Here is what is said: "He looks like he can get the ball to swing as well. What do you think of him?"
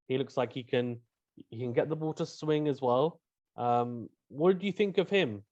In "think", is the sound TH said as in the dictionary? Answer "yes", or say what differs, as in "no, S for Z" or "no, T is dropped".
yes